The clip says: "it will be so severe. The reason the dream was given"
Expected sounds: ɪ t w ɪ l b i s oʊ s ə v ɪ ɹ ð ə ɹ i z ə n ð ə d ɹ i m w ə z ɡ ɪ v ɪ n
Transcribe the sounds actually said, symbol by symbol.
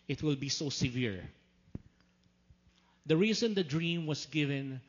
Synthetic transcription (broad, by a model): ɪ t w ɪ l b i s oʊ s ə v ɪ ɹ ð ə ɹ i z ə n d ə d ɹ i m w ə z ɡ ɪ v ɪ n